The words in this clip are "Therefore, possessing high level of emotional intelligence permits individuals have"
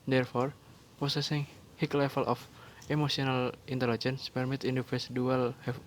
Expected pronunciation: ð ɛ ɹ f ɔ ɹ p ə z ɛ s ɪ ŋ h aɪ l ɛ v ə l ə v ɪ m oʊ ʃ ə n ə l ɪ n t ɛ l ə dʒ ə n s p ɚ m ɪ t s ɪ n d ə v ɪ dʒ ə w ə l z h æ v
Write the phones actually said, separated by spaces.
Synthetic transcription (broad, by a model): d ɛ ɹ f ɔ ɹ p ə s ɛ s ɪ ŋ h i l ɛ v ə l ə f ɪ m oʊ s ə n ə l ɪ n t ɛ l ə dʒ ə n s p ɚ m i t i n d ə f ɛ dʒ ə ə l h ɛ